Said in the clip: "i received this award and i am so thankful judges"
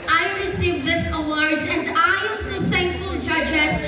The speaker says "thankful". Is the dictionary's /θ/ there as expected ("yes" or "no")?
yes